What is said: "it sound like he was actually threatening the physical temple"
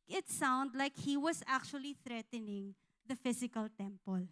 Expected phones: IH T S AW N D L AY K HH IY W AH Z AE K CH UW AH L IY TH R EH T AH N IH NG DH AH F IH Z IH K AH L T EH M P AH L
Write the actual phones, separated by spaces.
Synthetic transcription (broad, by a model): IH T S AW N D L AY K HH IY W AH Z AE K CH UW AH L IY TH R EH T AH N IH NG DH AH F IH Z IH K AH L T EH M P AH L